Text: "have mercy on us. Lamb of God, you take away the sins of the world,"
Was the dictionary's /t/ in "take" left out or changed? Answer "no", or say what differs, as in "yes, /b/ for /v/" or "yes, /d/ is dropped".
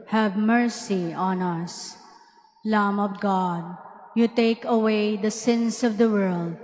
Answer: no